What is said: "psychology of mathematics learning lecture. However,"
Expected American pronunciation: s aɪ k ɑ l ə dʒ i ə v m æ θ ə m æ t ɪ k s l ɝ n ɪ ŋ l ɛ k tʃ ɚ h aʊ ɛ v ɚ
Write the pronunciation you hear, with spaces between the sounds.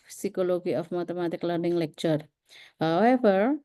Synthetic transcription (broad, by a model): s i k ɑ l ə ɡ i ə f m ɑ t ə m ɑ t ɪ k l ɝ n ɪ ŋ l ɛ k tʃ ɚ h aʊ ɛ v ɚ